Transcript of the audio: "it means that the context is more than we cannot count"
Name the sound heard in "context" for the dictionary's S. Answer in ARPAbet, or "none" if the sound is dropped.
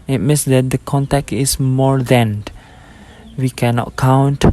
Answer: none